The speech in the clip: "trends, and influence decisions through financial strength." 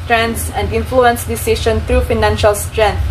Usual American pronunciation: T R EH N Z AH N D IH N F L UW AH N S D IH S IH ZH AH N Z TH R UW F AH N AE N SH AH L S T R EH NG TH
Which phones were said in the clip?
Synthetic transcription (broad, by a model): T R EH N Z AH N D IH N F L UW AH N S D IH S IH SH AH N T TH R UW F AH N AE N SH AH L S T R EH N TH